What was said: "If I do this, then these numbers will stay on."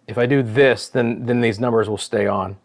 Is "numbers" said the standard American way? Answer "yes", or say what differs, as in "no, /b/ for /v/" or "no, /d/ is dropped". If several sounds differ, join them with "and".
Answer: yes